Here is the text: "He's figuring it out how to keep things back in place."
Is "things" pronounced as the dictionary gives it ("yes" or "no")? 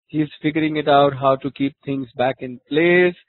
no